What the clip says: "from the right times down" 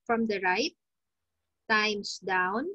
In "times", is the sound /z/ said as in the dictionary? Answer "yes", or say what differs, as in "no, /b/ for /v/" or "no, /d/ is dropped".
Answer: no, /s/ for /z/